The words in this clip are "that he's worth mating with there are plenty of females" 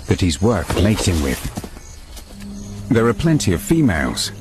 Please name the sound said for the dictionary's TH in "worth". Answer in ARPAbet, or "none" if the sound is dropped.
T